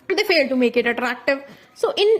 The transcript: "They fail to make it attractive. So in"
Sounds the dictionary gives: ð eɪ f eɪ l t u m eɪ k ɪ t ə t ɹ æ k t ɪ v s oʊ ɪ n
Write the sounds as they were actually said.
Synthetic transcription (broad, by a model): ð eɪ f eɪ l t u m eɪ k ɪ t ə t ɹ æ k t ɪ v s oʊ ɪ n